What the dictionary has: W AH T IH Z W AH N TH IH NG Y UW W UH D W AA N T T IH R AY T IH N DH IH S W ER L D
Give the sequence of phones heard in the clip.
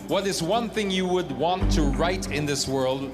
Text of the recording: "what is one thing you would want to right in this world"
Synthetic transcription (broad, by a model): W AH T IH Z W AH N TH IH NG Y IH W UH D W AA N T T IH R AY T IH N DH IH S W ER L D